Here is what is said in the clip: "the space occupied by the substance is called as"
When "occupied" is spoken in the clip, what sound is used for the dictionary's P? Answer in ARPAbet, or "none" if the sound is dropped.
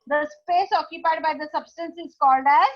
P